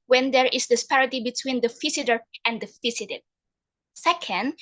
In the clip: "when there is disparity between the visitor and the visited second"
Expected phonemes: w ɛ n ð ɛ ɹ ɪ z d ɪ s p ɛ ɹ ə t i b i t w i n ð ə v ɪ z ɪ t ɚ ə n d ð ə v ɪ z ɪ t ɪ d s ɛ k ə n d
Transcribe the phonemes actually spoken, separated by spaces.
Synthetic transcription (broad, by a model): w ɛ n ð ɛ ɹ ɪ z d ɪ s p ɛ ɹ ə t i b i t w i n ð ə f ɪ s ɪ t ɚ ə n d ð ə f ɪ s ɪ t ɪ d s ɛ k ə n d